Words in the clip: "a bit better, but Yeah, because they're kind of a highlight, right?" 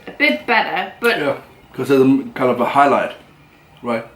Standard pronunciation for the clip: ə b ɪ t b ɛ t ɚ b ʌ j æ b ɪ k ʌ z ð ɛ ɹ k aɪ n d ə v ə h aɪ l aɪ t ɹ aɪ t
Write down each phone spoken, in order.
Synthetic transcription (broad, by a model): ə b ɪ t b ɛ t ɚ b ʌ j æ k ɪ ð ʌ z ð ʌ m k aɪ n d ə v ə h aɪ l aɪ t ɹ aɪ t